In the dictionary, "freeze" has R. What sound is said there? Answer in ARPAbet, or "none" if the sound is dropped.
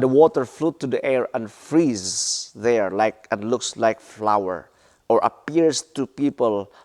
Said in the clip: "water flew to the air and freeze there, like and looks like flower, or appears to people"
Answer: R